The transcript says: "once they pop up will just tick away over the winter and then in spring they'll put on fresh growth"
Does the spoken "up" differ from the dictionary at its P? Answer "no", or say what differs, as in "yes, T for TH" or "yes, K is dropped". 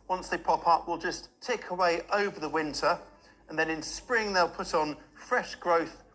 no